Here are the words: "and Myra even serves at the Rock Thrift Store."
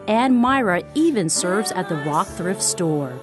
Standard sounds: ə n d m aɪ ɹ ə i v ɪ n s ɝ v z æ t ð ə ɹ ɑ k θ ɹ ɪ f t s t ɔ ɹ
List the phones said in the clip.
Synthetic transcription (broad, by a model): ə n m aɪ ɹ ə i v ɪ n s ɝ v z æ t ð ə ɹ ɑ k θ ɹ ɪ f t s t ɔ ɹ